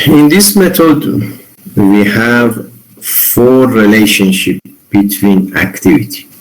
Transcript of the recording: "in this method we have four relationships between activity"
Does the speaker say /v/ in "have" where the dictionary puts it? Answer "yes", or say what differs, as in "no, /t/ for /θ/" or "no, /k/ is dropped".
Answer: yes